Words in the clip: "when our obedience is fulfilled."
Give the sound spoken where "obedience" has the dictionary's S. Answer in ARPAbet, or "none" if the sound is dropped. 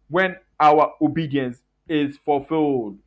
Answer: S